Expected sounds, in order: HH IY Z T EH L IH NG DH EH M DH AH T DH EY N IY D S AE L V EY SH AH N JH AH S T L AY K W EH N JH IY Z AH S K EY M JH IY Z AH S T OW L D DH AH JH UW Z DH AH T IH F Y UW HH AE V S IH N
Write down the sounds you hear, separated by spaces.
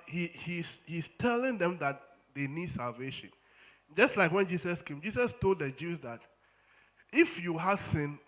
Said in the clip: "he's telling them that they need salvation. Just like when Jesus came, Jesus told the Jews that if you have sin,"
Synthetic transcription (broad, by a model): HH IY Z T EH L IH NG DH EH M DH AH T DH EY N IY D S AE L V EY SH AH N JH AH S T L AY K W EH N JH IY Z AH S K EY M JH IY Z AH S T OW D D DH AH JH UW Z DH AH T IH F Y UW HH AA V S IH N